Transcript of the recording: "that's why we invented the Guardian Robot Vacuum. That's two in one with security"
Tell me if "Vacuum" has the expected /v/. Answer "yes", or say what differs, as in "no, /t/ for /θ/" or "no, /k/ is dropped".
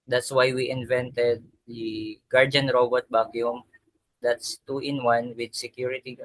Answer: no, /b/ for /v/